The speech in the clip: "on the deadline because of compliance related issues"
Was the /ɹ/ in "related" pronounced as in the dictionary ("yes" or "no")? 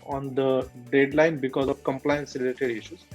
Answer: no